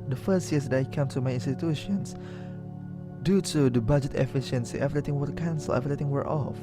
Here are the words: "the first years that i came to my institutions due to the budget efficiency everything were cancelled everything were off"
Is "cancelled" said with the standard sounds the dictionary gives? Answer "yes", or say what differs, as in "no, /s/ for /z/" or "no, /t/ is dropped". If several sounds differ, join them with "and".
no, /d/ is dropped